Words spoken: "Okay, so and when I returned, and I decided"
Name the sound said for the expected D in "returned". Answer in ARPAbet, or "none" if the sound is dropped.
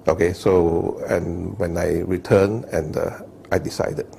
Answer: none